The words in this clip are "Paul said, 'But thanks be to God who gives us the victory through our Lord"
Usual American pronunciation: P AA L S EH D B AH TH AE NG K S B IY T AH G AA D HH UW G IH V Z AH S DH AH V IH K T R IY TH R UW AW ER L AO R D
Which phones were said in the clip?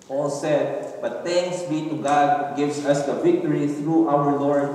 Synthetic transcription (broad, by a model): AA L S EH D B AH T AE NG K S B IY T AH G AA D G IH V S AH S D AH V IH K T R IY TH R UW AW ER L AO R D